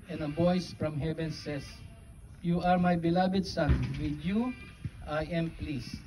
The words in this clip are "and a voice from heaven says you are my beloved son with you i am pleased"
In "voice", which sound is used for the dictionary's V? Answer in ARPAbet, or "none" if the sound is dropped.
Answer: B